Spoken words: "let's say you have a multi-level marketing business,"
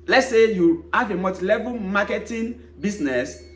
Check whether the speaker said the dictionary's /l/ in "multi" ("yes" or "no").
no